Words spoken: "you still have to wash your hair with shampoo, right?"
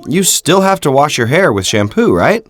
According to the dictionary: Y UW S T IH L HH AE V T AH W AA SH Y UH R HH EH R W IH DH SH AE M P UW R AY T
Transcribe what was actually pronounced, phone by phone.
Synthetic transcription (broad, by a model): Y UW S T IH L HH AE F T AH W AA SH Y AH R HH EH R W IH DH SH AE M P UW R AY T